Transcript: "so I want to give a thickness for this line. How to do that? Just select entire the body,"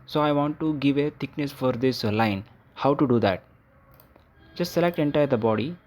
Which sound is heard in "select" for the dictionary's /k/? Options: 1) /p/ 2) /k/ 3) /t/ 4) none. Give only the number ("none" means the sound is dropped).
2